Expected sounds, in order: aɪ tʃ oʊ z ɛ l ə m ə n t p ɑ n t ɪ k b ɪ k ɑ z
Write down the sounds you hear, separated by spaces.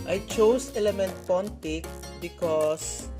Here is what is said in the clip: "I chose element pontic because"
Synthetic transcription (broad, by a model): aɪ tʃ oʊ s ɛ l ə m ə n t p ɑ n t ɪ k b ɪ k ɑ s